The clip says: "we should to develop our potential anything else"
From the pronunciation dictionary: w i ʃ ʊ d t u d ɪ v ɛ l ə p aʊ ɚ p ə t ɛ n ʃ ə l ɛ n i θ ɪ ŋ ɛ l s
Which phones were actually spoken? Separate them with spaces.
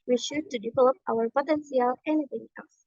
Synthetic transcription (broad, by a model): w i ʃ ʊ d t u d ɪ v ɛ l ə p aʊ ɚ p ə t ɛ n s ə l ɛ n i θ ɪ ŋ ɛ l s